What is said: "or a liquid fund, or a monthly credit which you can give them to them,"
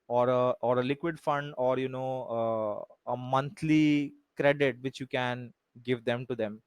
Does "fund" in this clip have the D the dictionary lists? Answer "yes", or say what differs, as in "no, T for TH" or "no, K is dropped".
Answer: yes